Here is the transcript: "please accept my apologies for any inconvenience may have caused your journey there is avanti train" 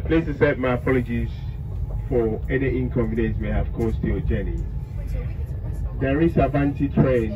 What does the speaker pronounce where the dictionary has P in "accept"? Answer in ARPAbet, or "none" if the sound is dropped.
none